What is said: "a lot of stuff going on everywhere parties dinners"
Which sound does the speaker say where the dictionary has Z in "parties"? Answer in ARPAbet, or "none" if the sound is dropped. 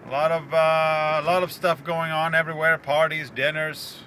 Z